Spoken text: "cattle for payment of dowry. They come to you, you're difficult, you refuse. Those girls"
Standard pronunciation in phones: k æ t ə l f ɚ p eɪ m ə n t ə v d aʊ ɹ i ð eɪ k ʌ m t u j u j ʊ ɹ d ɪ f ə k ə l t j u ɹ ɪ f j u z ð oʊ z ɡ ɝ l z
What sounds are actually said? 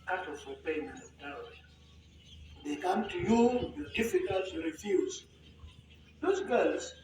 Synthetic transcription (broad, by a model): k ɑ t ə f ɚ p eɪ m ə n ə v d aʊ i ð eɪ k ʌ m t u j u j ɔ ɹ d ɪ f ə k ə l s j u ɹ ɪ f j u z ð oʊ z ɡ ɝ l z